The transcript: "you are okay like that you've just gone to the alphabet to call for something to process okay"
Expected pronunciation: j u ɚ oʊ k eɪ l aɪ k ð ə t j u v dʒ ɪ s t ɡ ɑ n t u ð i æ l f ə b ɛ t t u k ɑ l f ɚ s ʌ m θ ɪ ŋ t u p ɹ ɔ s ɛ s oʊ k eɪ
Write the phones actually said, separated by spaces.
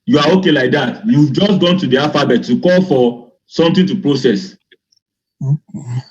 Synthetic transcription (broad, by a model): j u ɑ oʊ k eɪ l aɪ k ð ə t j u v dʒ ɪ s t ɡ ɑ n t u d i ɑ f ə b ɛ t t u k ɑ l f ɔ s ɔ m t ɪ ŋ t u p ɹ ɔ s ɛ s